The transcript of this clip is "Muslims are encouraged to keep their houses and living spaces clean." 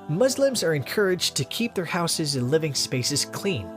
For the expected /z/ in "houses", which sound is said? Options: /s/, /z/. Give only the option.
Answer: /z/